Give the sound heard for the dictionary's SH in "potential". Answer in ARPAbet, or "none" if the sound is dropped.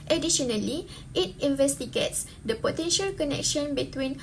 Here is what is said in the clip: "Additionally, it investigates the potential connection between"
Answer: SH